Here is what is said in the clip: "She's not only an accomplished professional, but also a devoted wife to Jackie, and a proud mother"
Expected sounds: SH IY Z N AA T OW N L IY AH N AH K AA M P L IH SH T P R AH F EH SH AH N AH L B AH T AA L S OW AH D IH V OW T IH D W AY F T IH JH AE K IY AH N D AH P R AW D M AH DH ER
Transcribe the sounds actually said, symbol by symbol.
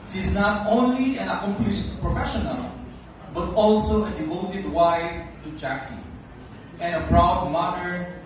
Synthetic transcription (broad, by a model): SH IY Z N AA T OW N L IY AH N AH K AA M P L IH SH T P R AH F EH SH AH N AH L B AH T AA L S OW AH D IH V OW T IH D W AY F T IH JH AE K IY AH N AH P R AW D M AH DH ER